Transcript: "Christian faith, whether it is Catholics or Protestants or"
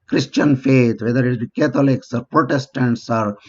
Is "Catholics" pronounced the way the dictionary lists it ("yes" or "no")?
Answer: no